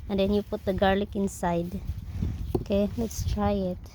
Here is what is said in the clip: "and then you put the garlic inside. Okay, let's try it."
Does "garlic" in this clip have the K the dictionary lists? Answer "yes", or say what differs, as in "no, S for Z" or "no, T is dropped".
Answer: yes